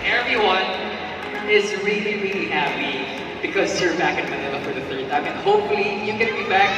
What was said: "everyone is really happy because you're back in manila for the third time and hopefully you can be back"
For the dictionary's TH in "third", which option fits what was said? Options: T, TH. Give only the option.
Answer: TH